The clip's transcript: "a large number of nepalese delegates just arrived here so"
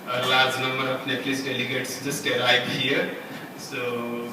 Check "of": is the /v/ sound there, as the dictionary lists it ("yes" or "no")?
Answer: no